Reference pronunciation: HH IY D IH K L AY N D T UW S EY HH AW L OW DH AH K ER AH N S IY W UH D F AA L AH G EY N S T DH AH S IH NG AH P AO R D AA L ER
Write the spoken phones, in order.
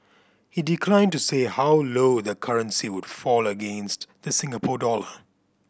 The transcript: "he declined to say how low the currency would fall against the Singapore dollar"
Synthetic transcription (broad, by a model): HH IY D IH K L AY N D T UW S EY HH AW L OW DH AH K ER AH N S IY W UH D F AA L AH G EY N S T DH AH S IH NG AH P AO D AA L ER